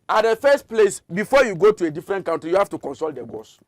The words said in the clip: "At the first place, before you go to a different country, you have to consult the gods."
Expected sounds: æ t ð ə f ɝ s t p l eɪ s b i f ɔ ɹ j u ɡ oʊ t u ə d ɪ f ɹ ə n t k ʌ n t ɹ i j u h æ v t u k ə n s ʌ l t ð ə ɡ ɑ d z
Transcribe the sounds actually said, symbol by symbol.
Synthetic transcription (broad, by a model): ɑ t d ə f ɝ s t p l eɪ s b i f ɔ j u ɡ oʊ t u ə d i f ɹ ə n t k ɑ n t ɹ i j u h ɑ f t u k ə n s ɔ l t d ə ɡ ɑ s